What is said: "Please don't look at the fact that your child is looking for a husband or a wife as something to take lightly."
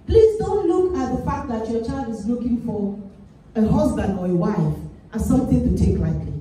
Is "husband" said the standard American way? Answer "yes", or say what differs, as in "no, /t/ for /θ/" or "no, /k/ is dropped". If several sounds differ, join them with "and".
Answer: yes